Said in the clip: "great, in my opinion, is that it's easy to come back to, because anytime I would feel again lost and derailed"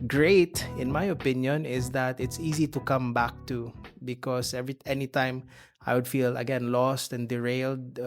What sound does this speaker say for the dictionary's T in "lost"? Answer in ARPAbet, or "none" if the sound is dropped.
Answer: T